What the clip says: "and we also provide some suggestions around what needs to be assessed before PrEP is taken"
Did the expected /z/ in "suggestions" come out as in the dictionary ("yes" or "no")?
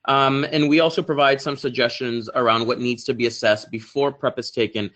yes